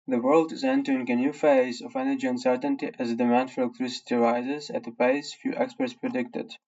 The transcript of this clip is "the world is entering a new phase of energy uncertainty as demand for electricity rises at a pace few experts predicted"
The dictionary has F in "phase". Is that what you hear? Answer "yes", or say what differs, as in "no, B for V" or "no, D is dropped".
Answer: yes